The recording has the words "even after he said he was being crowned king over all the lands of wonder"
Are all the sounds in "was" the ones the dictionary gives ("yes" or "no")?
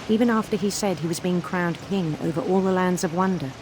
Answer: yes